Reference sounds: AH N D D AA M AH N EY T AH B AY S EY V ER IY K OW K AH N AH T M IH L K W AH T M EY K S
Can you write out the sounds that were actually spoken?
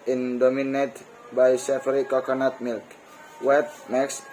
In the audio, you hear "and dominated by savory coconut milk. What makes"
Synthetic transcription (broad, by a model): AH N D D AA M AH N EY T B AY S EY F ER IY K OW K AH N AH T M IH L K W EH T M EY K S